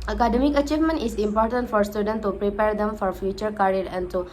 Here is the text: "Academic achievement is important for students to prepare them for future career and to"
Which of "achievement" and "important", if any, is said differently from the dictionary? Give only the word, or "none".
none